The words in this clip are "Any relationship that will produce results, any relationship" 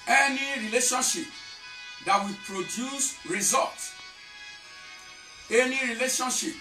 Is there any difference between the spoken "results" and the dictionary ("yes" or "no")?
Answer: yes